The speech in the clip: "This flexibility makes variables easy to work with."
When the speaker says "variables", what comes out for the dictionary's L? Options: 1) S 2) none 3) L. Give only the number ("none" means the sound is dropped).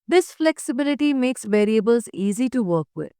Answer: 3